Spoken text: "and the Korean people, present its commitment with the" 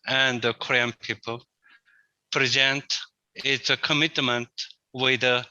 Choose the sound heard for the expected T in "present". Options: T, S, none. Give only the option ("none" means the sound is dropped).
T